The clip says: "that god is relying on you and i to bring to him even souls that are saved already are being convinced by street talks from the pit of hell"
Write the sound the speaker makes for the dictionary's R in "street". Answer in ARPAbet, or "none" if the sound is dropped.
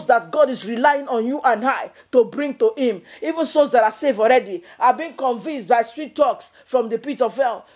R